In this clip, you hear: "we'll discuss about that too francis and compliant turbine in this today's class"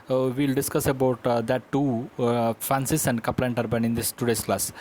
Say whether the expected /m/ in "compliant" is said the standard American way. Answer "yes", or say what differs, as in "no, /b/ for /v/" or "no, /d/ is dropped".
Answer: no, /m/ is dropped